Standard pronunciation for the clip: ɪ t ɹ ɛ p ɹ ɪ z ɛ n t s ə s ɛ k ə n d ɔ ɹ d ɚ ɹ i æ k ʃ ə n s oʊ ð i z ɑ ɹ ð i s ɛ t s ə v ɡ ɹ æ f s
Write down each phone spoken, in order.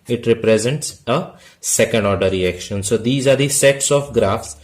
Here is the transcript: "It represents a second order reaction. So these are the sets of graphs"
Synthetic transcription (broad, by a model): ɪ t ɹ ɛ p ɹ ɪ z ɛ n t s ə s ɛ k ə n d ɔ ɹ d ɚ ɹ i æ k ʃ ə n s oʊ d i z ɑ ɹ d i s ɛ t s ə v ɡ ɹ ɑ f s